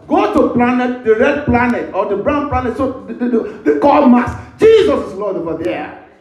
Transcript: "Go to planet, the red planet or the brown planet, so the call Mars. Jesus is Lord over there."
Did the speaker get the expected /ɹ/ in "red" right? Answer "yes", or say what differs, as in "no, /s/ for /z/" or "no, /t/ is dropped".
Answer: yes